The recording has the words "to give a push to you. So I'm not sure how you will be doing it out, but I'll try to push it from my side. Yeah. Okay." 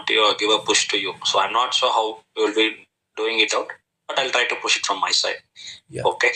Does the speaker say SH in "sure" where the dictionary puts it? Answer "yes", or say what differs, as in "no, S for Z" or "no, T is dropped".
no, S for SH